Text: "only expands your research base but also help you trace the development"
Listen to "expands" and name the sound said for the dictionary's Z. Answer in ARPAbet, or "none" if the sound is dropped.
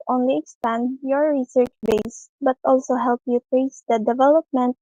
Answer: none